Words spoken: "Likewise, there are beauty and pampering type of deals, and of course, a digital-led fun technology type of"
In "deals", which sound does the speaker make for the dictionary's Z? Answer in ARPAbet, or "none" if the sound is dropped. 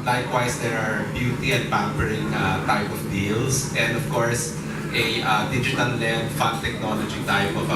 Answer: S